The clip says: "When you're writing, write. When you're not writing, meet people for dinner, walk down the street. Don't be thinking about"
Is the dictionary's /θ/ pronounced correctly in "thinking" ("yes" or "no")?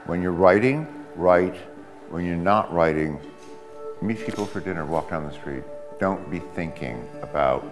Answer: yes